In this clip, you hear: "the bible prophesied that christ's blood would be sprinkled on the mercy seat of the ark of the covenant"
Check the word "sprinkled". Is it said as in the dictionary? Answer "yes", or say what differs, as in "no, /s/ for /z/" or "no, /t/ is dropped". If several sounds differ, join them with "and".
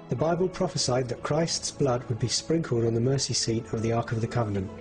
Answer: yes